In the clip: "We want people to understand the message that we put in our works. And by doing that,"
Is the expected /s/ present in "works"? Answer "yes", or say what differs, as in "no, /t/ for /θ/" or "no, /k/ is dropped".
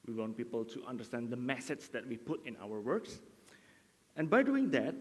yes